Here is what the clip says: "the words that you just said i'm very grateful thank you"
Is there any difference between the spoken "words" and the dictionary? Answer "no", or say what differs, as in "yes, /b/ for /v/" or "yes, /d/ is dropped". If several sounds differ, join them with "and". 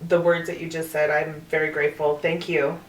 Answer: no